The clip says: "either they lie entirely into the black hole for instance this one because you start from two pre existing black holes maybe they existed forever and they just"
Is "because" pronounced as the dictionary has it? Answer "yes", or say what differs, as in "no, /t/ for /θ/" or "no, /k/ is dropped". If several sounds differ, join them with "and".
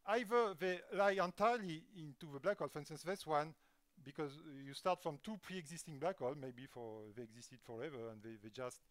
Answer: yes